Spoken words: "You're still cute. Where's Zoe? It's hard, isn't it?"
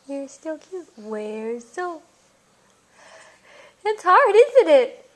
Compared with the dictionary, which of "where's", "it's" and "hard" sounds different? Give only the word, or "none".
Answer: none